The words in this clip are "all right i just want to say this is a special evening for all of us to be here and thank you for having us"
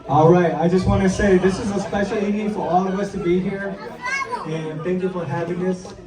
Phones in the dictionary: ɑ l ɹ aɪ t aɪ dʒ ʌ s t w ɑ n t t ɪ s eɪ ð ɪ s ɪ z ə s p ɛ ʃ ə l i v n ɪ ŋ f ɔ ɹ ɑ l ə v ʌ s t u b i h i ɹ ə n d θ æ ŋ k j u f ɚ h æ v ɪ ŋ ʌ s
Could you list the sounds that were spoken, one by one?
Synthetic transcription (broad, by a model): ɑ l ɹ aɪ t aɪ dʒ ʌ s t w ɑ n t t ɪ s eɪ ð ɪ s ɪ z ə s p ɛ ʃ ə l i n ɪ f ɔ ɹ ɑ l ə v ʌ s t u b i h i ɹ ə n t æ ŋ k j u f ɚ h æ v ɪ ŋ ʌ s